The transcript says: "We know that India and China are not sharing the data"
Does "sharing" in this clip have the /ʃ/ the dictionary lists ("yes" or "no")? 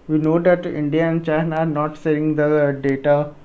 no